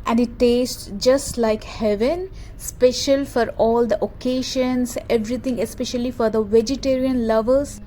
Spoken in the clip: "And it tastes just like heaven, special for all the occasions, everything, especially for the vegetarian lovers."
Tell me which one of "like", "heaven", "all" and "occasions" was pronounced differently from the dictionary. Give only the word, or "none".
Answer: occasions